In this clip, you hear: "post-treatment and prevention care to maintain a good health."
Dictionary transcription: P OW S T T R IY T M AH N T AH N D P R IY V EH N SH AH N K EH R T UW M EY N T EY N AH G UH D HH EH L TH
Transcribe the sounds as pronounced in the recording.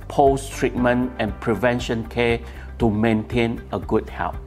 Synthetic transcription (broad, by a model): P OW S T T R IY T M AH N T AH N P R IY V EH N SH AH N K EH T UW M EY N T EY N AH G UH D HH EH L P